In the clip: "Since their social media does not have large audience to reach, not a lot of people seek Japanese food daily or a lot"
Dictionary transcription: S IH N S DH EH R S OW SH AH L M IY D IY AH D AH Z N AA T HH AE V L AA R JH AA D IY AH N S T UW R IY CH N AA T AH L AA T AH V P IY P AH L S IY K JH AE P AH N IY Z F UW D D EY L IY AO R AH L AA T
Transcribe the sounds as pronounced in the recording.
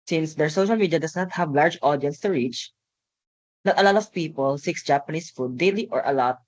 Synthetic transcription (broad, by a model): S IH N S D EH R S OW SH AH L M IY D IY AH D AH S N AA T HH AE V L AA R JH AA D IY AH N S T UW R IY CH N AA T AH L AA T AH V P IY P AH L S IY K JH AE P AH N IY S F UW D D EY L IY AO R AH L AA T